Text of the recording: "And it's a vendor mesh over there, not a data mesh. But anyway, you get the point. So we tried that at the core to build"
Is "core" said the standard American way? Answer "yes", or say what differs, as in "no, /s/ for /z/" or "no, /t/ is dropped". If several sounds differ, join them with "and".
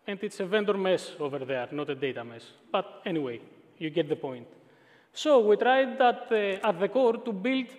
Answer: yes